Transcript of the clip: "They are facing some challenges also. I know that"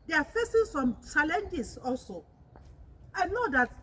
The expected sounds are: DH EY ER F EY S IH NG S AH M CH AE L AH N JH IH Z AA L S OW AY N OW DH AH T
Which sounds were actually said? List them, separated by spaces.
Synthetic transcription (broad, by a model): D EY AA F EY S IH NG S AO M CH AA L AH N JH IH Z AA L S OW AY N OW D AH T